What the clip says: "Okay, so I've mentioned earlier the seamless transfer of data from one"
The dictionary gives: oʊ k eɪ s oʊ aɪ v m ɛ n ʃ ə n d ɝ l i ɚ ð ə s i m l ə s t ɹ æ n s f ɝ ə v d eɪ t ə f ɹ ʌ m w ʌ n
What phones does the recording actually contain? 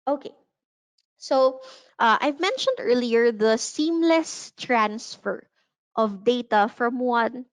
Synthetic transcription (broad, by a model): oʊ k eɪ s oʊ aɪ v m ɛ n ʃ ə n d ɝ l i ɚ ð ə s i m l ə s t ɹ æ n s f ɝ ə v d eɪ t ə f ɹ ʌ m w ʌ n